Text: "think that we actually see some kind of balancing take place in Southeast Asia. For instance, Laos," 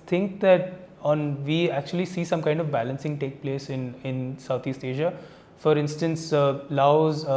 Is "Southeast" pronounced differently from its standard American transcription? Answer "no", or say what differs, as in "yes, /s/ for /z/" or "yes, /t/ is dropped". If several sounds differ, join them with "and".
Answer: yes, /t/ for /θ/